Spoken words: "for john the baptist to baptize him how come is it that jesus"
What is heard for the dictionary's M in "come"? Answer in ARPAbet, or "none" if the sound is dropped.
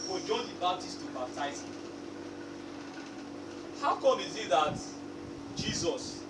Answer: none